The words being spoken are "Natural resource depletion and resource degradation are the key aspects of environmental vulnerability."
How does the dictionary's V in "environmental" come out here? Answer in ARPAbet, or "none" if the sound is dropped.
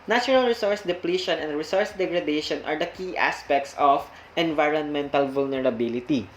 V